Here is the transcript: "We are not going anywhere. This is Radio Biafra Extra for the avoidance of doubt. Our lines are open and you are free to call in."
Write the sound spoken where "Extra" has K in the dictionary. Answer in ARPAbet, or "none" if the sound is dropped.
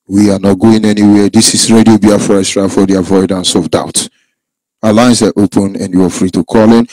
none